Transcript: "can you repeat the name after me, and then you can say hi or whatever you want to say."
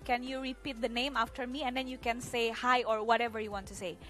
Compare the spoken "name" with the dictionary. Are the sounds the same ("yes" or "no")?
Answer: yes